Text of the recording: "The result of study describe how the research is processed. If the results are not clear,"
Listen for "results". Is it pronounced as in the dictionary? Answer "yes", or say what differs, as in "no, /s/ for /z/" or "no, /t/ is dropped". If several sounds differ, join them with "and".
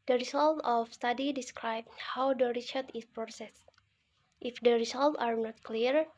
no, /s/ is dropped